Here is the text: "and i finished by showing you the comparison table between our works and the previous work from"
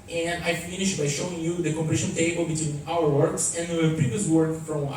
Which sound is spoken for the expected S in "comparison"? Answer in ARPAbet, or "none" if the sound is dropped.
SH